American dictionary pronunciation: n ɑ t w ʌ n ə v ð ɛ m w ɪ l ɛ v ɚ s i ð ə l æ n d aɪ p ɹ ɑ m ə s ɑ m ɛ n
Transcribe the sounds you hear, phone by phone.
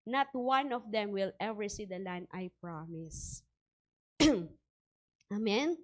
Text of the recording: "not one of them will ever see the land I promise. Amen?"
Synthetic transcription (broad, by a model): n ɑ t w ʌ n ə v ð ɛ m w ɪ l ɛ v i s i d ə l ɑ n aɪ p ɹ ɑ m ə s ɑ m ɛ n